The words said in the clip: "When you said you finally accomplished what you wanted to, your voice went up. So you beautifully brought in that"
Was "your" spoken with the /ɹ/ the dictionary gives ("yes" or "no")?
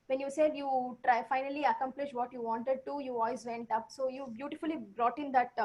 no